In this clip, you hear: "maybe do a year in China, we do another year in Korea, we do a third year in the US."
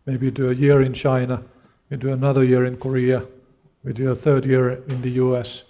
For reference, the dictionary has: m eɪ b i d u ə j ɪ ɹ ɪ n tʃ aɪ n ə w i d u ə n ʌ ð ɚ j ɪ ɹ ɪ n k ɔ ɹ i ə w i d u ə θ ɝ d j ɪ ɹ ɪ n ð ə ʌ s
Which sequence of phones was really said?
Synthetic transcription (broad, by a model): m eɪ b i d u ə j ɪ ɹ ɪ n tʃ aɪ n ə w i d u ə n ʌ ð ɚ j ɪ ɹ ɪ n k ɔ ɹ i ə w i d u ə θ ɝ d j ɪ ɹ ɪ n ð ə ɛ s